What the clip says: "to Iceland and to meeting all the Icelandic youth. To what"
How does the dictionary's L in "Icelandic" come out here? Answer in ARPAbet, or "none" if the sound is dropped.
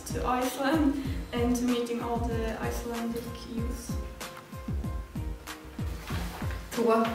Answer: L